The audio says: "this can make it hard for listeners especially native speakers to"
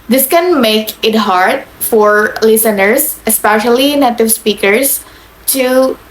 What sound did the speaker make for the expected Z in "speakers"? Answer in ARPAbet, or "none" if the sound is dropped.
S